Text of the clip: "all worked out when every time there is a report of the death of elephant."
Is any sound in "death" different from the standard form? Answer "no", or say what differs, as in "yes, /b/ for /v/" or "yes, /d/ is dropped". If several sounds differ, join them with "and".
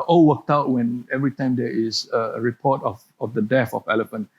yes, /f/ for /θ/